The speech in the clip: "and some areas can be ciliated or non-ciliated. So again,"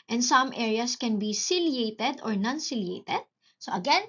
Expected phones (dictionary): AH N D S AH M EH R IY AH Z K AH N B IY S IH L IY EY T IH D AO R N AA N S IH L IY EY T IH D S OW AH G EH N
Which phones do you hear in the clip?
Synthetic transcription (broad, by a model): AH N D S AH M EH R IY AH S K AH N B IY S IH L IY EY T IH D AO R N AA N S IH L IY EY T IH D S OW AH G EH N